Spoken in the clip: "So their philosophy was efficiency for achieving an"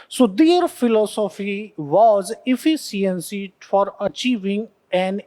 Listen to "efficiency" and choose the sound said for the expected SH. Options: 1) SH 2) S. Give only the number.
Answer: 2